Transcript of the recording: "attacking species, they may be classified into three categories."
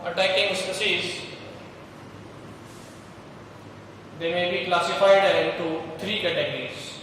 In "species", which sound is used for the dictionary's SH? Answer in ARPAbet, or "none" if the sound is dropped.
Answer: S